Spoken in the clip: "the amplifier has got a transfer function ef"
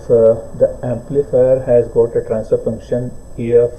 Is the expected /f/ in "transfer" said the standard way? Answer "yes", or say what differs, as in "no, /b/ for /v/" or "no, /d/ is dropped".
no, /f/ is dropped